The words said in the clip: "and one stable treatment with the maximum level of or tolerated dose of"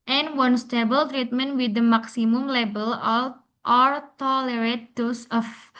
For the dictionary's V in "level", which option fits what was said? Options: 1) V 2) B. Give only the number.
2